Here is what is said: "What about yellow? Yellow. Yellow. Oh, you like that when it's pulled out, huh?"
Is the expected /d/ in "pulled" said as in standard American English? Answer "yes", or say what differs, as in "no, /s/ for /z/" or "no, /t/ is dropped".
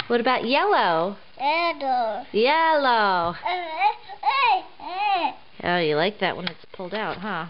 yes